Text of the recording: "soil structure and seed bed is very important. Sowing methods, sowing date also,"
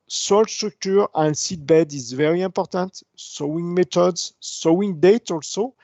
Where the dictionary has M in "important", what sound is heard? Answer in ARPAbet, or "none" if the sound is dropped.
none